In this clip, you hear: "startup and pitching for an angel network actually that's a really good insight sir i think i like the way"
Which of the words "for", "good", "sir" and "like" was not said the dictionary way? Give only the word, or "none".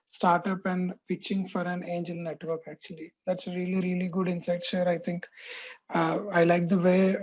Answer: sir